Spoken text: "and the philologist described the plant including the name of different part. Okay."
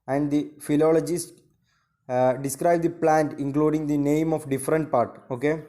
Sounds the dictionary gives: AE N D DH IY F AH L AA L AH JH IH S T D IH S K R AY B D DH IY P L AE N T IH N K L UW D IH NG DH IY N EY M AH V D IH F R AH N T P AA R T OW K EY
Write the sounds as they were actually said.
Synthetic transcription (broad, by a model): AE N D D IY F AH L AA L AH JH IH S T D IH S K R AY B D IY P L AE N T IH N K L UW D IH NG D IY N EY M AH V D IH F R AH N T P AA R T OW K EY